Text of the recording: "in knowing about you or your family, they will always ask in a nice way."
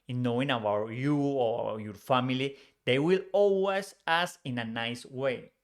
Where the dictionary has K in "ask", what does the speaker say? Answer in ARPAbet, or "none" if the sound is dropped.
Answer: none